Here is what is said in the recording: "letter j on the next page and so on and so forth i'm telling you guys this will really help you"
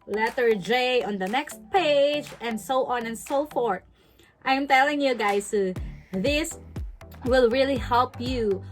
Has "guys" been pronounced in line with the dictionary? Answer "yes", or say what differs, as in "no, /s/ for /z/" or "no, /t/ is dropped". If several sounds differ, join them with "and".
no, /s/ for /z/